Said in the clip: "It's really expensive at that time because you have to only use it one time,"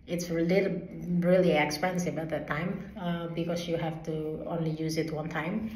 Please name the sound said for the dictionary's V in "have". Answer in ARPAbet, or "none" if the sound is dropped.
F